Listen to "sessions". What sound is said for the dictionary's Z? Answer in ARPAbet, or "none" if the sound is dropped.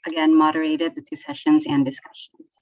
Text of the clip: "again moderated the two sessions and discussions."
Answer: Z